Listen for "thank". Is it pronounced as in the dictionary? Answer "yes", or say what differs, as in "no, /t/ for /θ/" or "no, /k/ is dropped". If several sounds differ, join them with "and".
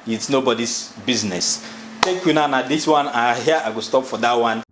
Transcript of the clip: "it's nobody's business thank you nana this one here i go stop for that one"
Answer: no, /t/ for /θ/ and /ŋ/ is dropped